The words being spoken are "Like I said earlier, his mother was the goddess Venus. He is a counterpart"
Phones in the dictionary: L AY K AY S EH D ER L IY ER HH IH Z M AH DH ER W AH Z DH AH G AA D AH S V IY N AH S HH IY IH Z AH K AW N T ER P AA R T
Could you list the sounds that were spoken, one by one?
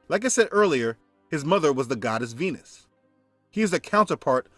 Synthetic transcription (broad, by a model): L AY K AY S EH D ER L IY ER HH IH Z M AH DH ER W AH Z DH AH G AA D AH S V IY N AH S HH IY IH Z AH K AW N T ER P AA R T